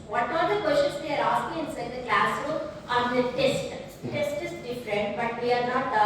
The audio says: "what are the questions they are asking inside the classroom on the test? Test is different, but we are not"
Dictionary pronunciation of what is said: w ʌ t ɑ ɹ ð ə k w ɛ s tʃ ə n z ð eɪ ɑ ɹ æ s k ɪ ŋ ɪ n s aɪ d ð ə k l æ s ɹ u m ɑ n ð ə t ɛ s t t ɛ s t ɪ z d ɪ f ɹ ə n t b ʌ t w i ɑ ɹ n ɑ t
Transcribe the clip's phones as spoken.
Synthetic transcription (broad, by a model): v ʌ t ɑ ɹ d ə k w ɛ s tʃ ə n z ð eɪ ɑ ɹ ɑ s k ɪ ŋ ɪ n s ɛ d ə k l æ s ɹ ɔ ɑ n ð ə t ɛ s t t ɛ s t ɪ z d ɪ f ɹ ə n t b ʌ t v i ɑ ɹ n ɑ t